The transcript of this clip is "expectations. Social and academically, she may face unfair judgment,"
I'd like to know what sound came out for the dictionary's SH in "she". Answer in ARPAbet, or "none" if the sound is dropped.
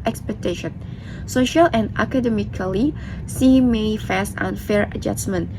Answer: S